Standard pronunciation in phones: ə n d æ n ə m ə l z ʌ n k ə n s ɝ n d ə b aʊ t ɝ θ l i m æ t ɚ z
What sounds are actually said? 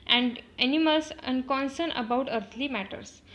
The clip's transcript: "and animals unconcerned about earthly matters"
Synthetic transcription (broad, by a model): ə n d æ n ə m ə l s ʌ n k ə n s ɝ n ə b aʊ t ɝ t l i m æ t ɚ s